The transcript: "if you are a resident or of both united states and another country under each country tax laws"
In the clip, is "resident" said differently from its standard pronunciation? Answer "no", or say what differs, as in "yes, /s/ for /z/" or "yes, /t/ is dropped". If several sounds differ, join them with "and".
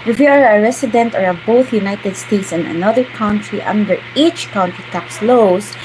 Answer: yes, /s/ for /z/